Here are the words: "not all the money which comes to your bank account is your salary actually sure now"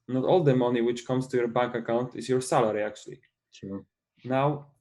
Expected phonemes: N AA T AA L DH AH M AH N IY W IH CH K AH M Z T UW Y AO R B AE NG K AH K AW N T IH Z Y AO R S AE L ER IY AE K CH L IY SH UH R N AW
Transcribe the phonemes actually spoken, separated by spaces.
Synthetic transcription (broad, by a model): N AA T AA L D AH M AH N IY W IH CH K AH M S T UW Y AO R B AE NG K AH K AW N T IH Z Y AO R S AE L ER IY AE K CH IY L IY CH N AW